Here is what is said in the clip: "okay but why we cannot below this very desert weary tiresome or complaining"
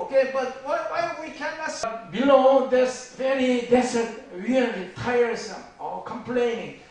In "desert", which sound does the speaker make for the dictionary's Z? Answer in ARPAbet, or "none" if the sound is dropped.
S